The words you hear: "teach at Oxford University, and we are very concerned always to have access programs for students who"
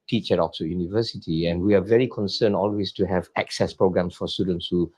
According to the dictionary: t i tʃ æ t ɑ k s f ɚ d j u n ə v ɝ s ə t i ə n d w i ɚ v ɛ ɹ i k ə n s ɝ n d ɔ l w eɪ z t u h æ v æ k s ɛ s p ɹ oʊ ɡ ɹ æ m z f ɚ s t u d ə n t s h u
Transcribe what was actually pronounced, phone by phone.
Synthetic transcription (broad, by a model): t i tʃ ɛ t ɑ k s ɚ j u n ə v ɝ s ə t i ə n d w i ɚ v ɛ ɹ i k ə n s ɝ n ɔ l w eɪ s t u h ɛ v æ k s ɛ s p ɹ oʊ ɡ ɹ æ m s f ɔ s t u d ə n t s h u